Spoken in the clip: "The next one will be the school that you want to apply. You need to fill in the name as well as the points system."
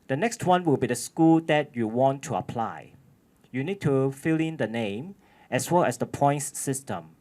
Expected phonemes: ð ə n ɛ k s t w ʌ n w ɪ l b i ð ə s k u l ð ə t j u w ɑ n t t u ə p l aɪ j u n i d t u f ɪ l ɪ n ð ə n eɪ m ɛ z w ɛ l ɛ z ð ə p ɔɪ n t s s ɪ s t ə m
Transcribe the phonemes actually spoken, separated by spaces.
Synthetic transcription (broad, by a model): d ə n ɛ k s t w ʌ n w ɪ l b i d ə s k u l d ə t j u w ɑ n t t u ə p l aɪ j u n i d t u f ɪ l ɪ n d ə n eɪ m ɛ s w ɛ l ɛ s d ə p ɔɪ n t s s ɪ s t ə m